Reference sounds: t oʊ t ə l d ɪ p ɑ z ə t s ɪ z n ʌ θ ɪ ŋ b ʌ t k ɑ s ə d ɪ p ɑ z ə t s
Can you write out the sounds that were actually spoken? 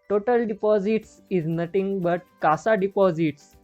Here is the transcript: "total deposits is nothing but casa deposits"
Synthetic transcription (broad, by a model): t oʊ t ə l d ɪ p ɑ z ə t s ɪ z n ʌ t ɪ ŋ b ʌ t k ɑ s ə d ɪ p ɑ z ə t s